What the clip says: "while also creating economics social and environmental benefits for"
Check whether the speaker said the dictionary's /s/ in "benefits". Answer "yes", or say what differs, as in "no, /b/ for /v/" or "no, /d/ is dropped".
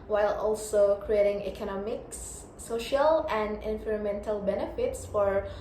yes